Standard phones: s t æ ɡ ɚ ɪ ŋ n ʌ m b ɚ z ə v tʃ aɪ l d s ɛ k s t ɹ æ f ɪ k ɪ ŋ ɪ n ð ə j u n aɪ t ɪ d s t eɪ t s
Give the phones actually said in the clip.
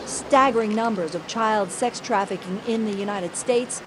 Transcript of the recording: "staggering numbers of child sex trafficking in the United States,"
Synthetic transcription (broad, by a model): s t æ ɡ ɚ ɪ ŋ n ʌ m b ɚ z ə v tʃ aɪ l d s ɛ k s t ɹ æ f ɪ k ɪ ŋ ɪ n ð ə j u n aɪ t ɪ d s t eɪ t s